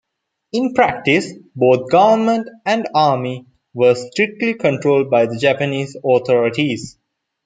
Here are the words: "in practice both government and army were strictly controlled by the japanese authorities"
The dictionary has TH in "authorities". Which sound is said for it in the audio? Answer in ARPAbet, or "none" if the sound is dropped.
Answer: T